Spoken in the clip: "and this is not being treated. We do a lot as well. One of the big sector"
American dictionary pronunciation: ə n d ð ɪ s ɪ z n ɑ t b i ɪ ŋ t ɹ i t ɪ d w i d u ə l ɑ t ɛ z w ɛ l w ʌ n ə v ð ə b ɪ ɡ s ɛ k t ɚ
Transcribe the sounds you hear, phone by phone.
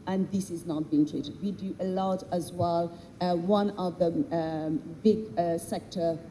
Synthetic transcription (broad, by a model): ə n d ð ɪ s ɪ z n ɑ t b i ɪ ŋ t ɹ i t ɪ d w i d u ə l ɑ t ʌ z w ɛ l w ʌ n ə v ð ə b ɪ ɡ s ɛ k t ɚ